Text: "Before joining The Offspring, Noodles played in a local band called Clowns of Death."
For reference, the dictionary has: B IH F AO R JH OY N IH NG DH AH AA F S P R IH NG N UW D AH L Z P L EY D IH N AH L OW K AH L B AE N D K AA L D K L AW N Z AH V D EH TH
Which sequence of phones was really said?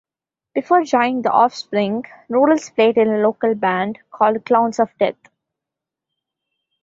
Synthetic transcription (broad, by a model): B IH F AO R JH OY IH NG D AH AA F S P R IH NG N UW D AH L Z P L EY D IH N AH L OW K AH L B AE N D K AA L D K L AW N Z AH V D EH T